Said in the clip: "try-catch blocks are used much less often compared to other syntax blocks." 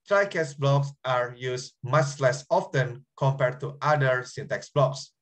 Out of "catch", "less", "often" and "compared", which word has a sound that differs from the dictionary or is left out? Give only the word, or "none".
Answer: catch